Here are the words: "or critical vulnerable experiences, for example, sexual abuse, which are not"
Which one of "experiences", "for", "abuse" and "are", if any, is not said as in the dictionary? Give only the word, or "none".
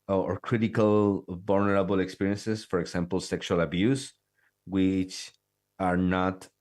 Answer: experiences